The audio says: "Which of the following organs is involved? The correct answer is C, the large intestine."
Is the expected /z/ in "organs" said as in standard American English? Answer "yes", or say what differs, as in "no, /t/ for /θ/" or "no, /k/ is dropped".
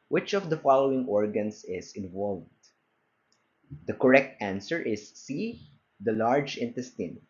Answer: no, /s/ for /z/